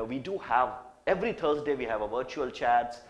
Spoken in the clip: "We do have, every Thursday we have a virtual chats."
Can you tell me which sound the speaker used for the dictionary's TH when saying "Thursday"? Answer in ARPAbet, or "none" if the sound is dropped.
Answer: T